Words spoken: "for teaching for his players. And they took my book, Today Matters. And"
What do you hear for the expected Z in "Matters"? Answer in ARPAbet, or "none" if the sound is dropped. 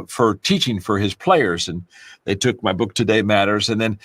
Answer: Z